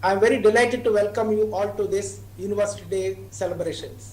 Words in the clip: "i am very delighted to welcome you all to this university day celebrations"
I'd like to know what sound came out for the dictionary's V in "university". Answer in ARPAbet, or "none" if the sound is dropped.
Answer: V